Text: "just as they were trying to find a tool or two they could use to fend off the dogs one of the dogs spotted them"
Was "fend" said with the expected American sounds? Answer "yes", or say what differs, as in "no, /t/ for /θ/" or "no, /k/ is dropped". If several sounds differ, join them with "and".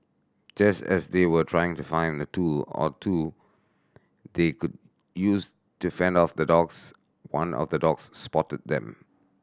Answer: yes